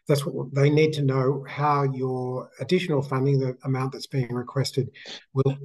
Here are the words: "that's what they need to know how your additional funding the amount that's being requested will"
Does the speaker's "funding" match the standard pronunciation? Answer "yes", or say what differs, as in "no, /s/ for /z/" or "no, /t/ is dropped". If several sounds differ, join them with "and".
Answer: yes